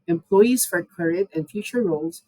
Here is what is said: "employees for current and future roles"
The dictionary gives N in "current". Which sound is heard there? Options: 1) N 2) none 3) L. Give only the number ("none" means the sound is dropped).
2